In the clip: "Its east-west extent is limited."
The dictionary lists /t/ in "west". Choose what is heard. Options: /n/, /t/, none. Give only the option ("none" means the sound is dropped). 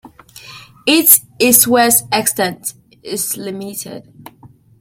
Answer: none